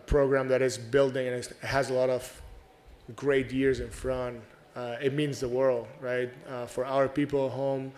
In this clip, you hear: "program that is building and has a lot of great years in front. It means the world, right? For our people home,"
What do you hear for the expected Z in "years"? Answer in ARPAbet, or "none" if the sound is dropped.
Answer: Z